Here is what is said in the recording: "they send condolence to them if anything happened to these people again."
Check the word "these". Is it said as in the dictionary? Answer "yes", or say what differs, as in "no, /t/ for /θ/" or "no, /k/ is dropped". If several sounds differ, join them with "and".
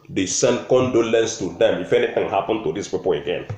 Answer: no, /s/ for /z/